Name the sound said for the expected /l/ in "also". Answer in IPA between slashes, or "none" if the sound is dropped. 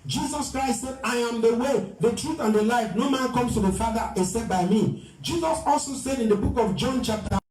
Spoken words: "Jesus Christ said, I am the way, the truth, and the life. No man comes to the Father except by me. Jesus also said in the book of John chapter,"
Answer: /l/